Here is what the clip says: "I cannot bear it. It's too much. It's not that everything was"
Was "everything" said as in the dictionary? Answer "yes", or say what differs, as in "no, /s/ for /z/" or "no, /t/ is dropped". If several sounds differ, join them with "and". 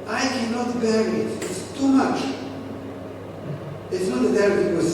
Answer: no, /v/ is dropped